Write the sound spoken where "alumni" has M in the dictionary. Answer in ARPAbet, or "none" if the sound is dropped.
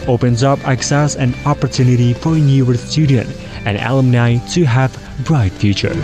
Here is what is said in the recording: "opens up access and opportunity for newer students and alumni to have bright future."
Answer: M